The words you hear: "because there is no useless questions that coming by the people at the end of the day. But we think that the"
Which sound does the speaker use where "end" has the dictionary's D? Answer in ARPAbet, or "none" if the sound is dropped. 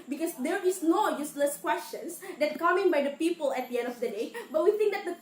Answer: D